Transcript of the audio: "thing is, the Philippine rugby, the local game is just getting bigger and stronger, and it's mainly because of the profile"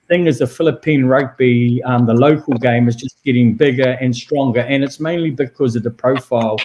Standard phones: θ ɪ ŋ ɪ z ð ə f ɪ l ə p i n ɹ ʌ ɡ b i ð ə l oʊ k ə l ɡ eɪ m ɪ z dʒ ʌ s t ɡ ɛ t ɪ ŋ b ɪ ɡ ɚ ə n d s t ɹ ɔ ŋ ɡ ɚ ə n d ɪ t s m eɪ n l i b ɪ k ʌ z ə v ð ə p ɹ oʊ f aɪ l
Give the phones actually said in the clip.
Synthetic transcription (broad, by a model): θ ɪ ŋ ɪ z ð ə f ɪ l ə p i n ɹ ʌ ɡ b i ð ə l oʊ k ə l ɡ eɪ m ɪ z dʒ ʌ s ɡ ɛ t ɪ ŋ b ɪ ɡ ɚ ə n s t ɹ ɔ ŋ ɡ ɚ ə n ɪ t s m eɪ n l i b ɪ k ʌ z ə v ð ə p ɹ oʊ f aɪ l